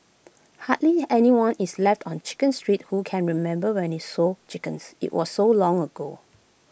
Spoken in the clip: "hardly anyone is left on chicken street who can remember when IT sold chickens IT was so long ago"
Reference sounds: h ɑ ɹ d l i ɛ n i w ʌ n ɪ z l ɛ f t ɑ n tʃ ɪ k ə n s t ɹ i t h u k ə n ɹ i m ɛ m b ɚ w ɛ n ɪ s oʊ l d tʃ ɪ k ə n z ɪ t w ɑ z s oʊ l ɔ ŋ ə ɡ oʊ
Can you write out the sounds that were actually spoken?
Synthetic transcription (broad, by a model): h ɑ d l i ɛ n i w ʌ n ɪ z l ɛ f t ɑ n tʃ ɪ k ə n s t ɹ i t h u k ə n ɹ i m ɛ m b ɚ w ɛ n ɪ s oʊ tʃ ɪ k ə n s ɪ t w ɑ s oʊ l ɔ ŋ ə ɡ oʊ